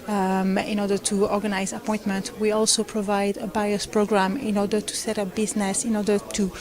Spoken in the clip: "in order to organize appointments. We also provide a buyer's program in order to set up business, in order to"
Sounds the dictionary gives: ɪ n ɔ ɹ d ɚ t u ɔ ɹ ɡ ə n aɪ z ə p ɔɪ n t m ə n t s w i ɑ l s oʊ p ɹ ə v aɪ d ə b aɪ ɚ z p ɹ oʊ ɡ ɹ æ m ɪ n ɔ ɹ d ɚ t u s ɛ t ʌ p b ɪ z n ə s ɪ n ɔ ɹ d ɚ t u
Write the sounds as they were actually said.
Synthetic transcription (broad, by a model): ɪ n ɔ ɹ d ɚ t u ɔ ɹ ɡ ə n aɪ z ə p ɔɪ n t m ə n t w i ɑ l s oʊ p ɹ ə v aɪ d ə b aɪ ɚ s p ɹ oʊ ɡ ɹ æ m ɪ n ɔ ɹ d ɚ t u s ɛ t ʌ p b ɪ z n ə s ɪ n ɔ ɹ d ɚ t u